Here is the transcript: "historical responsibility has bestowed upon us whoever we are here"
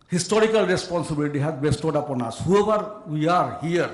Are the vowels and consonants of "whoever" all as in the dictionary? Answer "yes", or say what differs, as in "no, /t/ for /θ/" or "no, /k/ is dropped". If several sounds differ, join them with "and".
no, /b/ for /v/